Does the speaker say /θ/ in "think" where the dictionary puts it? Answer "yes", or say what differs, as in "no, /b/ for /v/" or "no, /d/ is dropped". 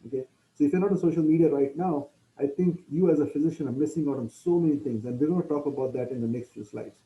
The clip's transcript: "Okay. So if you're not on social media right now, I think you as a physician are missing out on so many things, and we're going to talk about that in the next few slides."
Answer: no, /t/ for /θ/